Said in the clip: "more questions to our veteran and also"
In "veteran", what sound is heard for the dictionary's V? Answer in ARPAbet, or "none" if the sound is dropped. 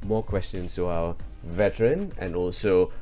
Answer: V